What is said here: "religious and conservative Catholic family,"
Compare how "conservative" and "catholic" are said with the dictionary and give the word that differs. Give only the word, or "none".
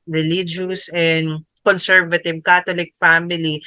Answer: catholic